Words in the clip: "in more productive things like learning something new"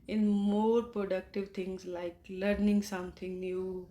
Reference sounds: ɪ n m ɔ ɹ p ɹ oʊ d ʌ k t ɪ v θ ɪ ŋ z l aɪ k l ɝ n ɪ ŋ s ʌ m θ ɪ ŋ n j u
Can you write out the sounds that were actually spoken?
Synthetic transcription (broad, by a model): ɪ n m ɔ ɹ p ɹ oʊ d ʌ k t ɪ v t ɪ ŋ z l aɪ k l ɝ n ɪ ŋ s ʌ m t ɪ ŋ n j u